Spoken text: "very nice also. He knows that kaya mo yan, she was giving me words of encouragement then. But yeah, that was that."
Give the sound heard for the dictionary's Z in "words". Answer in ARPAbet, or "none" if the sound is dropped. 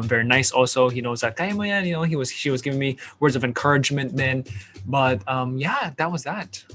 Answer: Z